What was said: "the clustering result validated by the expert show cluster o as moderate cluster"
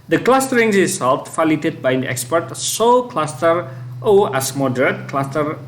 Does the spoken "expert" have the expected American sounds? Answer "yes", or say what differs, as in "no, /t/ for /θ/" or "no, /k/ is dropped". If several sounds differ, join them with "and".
yes